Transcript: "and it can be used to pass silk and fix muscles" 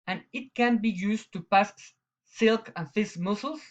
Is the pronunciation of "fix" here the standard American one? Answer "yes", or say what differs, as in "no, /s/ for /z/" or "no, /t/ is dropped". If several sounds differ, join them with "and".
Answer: no, /k/ is dropped